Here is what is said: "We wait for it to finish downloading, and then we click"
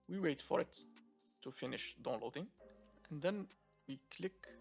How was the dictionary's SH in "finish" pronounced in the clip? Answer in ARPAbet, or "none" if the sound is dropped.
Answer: SH